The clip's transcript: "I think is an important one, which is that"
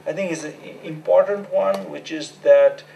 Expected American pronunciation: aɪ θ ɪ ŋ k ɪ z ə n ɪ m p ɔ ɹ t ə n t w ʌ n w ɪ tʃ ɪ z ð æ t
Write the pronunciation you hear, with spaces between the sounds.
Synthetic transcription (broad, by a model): aɪ t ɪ ŋ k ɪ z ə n ɪ m p ɔ ɹ t ə n t w ʌ n w ɪ tʃ ɪ z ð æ t